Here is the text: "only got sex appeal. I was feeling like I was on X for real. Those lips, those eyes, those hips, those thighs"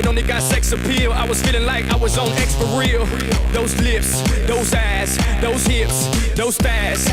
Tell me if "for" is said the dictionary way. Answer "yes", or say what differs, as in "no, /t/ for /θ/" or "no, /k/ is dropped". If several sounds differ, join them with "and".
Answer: no, /p/ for /f/